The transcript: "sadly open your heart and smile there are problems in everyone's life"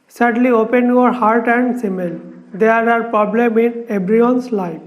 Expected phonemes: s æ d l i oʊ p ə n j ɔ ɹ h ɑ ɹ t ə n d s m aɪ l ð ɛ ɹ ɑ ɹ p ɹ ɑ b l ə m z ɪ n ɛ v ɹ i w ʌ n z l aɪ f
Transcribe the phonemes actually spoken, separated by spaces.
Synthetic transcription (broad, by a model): s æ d l i oʊ p ə n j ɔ ɹ h ɑ ɹ t ə n d s m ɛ l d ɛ ɹ ɑ ɹ p ɹ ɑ b l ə m ɪ n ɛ b ɹ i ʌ n s l aɪ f